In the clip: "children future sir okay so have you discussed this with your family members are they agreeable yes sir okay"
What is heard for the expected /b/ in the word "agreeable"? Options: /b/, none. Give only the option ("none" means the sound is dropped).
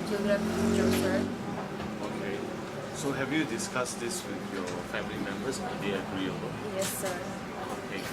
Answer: none